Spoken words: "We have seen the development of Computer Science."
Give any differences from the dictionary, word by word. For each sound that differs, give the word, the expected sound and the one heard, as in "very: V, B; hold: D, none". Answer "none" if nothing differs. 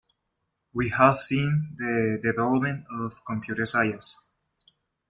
science: N, none